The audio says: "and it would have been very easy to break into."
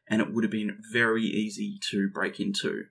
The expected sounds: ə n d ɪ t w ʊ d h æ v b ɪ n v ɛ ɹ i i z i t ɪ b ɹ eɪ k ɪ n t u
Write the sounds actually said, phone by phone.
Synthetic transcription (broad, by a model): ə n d ɪ t w ʊ d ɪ v b ɪ n v ɛ ɹ i i z i t ɪ b ɹ eɪ k ɪ n t u